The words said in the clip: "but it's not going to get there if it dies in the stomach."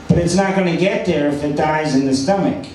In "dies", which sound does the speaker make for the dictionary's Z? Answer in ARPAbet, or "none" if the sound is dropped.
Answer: Z